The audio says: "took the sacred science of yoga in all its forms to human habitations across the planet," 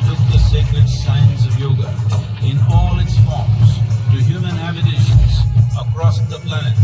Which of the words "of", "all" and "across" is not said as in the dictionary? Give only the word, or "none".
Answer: none